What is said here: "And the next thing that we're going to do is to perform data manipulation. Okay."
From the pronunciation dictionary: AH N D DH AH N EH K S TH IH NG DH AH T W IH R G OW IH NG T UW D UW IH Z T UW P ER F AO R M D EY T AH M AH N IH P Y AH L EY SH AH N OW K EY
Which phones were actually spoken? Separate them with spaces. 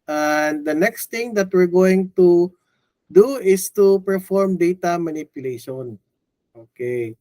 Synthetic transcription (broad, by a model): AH N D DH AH N EH K S T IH NG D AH T W IH R G OW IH NG T UW D UW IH S T UW P ER F AO R M D EY T AH M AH N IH P Y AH L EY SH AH N OW K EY